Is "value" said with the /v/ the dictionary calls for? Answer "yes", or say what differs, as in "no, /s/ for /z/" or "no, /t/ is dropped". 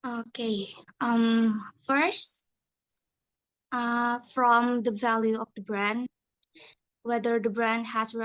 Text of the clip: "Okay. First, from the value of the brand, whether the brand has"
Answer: yes